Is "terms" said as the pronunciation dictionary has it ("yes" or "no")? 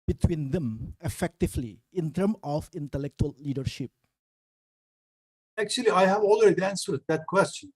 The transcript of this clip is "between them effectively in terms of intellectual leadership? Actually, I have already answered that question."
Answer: no